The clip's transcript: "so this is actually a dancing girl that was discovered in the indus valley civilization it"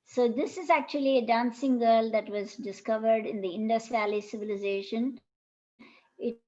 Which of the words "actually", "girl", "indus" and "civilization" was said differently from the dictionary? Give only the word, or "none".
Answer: none